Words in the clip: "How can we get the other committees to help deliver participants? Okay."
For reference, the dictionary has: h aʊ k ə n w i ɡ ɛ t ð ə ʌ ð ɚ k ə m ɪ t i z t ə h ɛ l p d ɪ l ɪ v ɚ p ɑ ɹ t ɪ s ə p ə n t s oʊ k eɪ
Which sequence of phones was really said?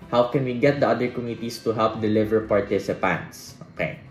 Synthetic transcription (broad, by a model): h aʊ k ə n w i ɡ ɛ t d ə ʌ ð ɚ k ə m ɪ t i s t ə h ɛ l p d ɪ l ɪ v ɚ p ɑ ɹ t ɪ s ə p ə n t s oʊ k eɪ